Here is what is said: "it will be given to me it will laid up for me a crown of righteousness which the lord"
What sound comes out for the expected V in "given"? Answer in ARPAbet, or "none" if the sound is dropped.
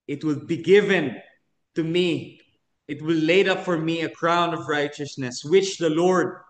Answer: V